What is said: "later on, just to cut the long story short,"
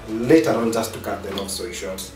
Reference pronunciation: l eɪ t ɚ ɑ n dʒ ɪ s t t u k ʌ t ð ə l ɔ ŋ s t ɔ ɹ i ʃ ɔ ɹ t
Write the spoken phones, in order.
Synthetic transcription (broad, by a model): l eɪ t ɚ ɑ n dʒ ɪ s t t u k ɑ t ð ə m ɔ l s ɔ i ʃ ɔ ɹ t